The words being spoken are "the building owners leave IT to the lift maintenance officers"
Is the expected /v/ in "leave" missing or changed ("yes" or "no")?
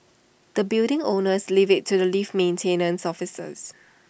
no